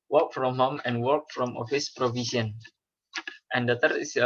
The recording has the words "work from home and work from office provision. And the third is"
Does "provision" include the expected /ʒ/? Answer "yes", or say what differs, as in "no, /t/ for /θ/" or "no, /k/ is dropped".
no, /s/ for /ʒ/